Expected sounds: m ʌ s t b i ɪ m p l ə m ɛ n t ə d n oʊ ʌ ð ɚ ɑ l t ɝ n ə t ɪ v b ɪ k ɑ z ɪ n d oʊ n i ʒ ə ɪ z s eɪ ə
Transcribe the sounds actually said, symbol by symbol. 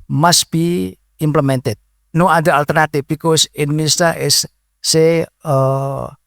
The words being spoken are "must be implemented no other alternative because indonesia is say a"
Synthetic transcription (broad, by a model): m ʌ s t b i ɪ m p l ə m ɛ n t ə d n oʊ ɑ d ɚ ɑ l t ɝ n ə t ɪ f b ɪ k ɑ s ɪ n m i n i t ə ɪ s eɪ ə